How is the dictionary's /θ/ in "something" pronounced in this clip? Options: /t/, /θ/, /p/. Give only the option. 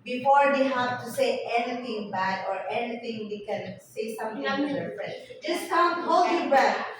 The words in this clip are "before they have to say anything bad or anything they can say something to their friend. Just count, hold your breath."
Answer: /t/